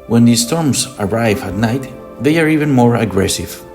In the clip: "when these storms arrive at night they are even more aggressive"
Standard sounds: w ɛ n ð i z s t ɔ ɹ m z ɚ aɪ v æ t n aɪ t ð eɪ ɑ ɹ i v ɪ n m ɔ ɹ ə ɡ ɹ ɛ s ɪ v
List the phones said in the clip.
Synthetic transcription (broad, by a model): w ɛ n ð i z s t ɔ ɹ m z ɚ aɪ v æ t n aɪ t ð eɪ ɑ ɹ i v ɪ n m ɔ ɹ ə ɡ ɹ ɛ s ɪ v